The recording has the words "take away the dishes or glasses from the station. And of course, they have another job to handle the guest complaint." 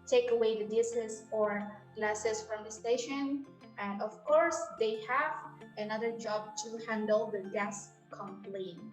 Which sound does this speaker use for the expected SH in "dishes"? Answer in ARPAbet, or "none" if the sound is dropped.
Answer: S